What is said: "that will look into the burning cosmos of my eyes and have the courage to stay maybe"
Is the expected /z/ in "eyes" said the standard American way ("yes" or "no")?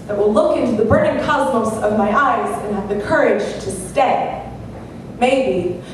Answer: yes